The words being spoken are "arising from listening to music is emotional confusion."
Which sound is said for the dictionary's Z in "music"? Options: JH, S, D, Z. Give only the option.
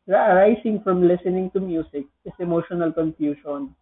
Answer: S